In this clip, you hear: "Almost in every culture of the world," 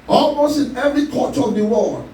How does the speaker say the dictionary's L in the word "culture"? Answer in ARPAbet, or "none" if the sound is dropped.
none